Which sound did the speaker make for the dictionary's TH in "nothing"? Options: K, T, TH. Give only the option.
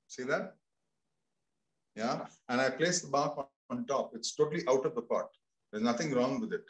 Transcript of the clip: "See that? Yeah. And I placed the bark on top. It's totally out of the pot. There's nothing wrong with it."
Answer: T